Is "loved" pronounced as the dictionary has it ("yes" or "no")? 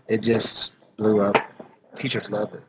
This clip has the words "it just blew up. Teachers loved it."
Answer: no